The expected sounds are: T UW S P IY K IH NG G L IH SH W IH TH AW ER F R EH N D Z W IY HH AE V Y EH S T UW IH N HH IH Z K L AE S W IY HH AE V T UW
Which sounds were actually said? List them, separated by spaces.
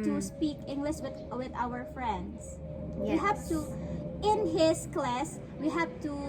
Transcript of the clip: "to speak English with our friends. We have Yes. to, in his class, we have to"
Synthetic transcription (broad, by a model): T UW S P IY K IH NG G L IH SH W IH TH AW ER F R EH N D S W IY HH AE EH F T UW IH N HH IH S K L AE S W IY HH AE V T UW